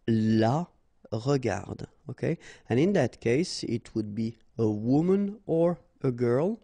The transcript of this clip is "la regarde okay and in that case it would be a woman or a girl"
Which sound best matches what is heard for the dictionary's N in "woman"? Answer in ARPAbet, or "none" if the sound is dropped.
N